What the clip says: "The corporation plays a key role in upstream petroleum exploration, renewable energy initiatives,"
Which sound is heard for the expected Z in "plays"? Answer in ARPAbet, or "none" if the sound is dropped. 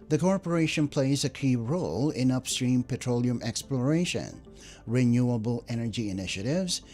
Z